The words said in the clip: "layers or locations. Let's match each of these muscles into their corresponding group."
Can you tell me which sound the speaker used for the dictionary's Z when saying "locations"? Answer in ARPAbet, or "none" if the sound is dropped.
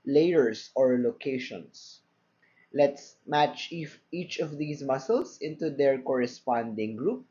S